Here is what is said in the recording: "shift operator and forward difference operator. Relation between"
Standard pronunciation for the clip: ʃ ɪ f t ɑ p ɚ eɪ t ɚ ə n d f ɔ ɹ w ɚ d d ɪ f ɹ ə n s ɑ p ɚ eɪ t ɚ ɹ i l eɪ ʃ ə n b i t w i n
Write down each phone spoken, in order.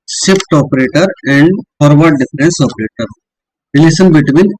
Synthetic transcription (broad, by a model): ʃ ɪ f t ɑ p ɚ eɪ t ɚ ə n d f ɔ ɹ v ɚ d d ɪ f ɹ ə n s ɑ p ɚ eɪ t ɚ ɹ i l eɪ s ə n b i t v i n